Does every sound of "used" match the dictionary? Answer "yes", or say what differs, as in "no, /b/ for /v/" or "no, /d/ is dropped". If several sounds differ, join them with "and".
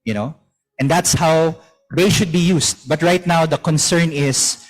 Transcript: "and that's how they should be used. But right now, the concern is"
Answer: no, /s/ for /z/